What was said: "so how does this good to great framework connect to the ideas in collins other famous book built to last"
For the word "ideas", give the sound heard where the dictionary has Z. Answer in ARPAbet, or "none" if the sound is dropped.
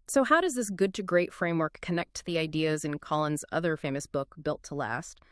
Z